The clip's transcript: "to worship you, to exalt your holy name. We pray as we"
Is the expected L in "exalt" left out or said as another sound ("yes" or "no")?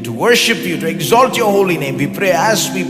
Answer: no